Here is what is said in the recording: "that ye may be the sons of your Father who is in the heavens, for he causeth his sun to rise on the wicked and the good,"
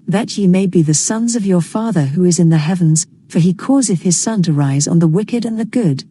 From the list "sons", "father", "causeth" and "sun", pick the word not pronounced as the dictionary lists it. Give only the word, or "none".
none